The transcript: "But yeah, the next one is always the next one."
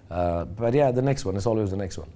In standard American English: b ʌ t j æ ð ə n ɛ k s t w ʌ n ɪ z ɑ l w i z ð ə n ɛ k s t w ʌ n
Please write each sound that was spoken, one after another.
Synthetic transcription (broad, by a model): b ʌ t j æ ð ə n ɛ k s t w ʌ n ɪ s ɑ l w i z ð ə n ɛ k s t w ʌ n